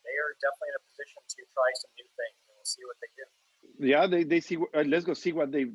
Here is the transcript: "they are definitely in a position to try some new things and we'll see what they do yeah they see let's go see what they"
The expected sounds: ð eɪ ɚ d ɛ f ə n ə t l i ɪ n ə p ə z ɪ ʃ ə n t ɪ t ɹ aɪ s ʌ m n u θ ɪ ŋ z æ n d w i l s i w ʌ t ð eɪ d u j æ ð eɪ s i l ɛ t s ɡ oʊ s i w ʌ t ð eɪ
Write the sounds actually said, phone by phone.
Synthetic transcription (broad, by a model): ð eɪ ɚ d ɛ f ə n ə t l i ɪ n ə p ə z ɪ ʃ ə n t ɪ t ɹ aɪ s ʌ m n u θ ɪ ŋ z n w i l s i w ʌ t ð eɪ d u j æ ð eɪ s i w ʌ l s ɡ oʊ s i w ʌ t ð eɪ